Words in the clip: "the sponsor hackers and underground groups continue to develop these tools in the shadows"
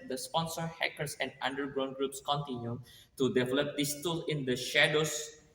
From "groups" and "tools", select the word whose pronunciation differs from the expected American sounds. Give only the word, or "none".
tools